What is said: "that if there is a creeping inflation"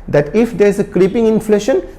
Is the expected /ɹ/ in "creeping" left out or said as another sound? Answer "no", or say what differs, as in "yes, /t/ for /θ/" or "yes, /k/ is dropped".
no